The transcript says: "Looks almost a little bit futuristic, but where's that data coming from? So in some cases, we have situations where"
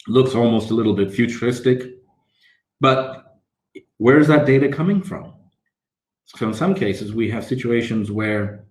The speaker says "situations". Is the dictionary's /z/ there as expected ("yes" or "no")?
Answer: yes